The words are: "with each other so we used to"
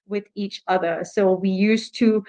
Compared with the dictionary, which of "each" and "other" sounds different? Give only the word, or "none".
none